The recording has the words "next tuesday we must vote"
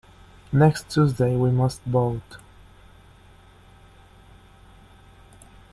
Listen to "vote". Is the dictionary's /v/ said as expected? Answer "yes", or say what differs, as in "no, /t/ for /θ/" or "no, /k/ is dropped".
no, /b/ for /v/